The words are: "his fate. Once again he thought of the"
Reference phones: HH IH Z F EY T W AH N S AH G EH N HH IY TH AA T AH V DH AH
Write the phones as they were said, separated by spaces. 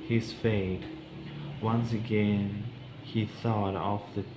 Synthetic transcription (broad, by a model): HH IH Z F EY T W AH N S AH G EH N HH IY TH AA T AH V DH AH